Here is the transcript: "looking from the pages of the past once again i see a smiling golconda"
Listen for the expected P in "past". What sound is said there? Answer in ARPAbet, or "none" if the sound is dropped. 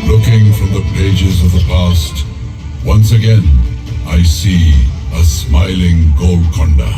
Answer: P